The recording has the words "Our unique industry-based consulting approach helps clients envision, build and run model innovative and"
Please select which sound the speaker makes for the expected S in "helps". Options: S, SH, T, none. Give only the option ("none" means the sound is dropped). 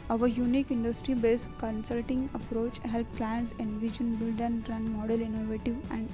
none